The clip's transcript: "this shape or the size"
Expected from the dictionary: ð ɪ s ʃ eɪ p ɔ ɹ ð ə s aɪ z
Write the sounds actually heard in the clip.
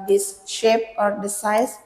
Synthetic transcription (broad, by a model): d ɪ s ʃ eɪ p ɔ ɹ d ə s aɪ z